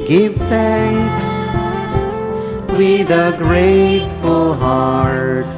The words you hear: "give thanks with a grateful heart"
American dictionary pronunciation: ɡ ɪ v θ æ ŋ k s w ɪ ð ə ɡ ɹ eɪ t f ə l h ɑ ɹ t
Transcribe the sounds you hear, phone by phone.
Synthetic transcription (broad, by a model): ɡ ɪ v θ æ ŋ k s w ɪ ð ə ɡ ɹ eɪ t f ə l h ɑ ɹ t